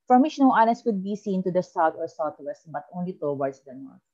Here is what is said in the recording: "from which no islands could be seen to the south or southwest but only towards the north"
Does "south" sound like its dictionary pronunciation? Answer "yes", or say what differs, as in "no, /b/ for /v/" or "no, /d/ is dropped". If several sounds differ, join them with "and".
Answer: no, /t/ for /θ/